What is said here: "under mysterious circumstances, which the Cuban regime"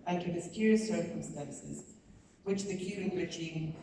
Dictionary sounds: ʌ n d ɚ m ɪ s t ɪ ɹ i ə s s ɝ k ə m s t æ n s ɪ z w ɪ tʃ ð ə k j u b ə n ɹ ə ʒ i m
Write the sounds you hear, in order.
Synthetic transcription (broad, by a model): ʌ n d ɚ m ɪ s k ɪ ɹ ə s s ɝ k ə m s t æ n s ɪ z w ɪ tʃ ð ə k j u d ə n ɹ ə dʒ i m